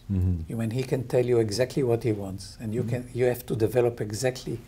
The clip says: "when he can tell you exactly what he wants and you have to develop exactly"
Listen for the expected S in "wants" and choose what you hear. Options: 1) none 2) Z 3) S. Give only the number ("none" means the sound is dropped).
3